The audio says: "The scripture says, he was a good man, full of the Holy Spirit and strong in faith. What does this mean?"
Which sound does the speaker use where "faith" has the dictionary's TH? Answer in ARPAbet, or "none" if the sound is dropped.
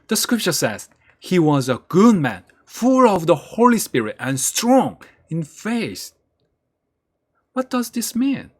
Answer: S